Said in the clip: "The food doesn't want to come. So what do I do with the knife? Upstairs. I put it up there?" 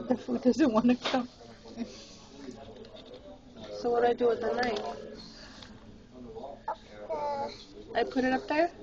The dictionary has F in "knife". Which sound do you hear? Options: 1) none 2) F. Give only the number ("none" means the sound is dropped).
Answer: 1